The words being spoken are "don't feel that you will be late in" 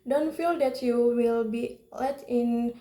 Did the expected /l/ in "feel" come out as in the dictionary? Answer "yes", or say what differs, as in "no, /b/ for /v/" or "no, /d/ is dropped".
yes